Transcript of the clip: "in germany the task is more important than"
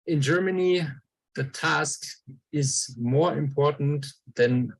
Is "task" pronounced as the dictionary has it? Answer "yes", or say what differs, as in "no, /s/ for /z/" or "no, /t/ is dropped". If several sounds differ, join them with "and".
yes